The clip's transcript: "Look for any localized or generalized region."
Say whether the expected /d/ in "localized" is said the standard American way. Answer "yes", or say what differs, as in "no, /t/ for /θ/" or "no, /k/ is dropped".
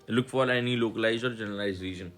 no, /d/ is dropped